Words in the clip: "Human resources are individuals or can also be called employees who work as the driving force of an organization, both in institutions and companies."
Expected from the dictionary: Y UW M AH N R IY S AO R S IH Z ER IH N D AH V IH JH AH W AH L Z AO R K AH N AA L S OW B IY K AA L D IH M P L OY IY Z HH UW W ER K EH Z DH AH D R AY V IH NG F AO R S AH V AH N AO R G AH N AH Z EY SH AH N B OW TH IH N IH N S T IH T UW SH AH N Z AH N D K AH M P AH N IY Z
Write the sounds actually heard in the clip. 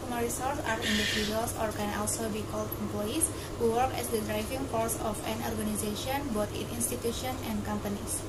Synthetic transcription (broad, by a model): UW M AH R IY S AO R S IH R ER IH N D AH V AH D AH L S AO R K AH N AA L S OW B IY K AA L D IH M P L OY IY S HH UW W ER K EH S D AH D R AY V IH NG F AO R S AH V AH N AO R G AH N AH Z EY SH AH N B OW T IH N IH N S T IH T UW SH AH N AH N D K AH M P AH N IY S